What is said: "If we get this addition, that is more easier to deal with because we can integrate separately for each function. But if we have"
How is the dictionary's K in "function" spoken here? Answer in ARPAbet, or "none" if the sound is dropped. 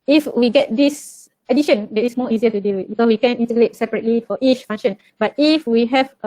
none